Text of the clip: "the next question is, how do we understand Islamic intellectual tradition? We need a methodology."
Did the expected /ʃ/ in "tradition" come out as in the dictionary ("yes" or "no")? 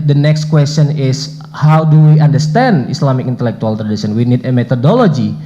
no